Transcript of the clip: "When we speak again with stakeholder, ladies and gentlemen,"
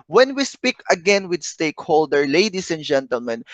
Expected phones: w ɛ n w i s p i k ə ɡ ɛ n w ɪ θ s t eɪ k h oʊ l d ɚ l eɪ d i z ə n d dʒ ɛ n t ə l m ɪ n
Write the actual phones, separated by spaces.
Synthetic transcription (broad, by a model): w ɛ n w i s p i k ə ɡ ɛ n w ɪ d s t eɪ k h oʊ l d ɚ l eɪ d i s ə n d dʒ ɛ n t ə l m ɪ n